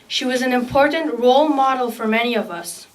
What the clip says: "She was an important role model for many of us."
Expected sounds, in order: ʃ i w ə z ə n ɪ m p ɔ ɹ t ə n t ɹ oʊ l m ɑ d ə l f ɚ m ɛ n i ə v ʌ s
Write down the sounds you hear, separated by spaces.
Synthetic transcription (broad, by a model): ʃ i w ə z ə n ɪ m p ɔ ɹ t n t ɹ oʊ l m ɑ d l f ɚ m ɛ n i ə v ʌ s